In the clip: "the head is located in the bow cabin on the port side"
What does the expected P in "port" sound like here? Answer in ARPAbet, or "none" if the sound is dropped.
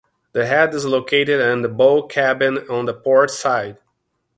P